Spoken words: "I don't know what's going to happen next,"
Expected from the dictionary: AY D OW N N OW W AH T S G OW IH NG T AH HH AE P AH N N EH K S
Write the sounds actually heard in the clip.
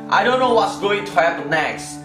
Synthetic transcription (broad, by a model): AY D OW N N OW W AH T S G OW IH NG T AH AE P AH L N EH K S